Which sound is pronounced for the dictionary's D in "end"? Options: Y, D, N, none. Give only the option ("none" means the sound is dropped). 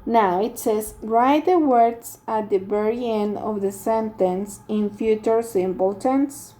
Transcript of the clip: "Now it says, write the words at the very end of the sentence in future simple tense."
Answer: none